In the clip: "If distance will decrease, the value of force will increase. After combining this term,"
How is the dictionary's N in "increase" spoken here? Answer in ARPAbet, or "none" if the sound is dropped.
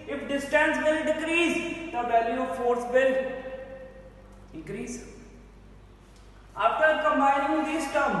none